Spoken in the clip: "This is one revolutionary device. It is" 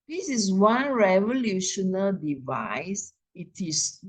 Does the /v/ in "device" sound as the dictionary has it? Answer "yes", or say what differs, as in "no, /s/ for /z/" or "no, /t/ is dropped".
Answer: yes